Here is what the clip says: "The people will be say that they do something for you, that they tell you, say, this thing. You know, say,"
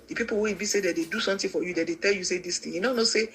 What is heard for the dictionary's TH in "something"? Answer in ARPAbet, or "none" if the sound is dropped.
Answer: T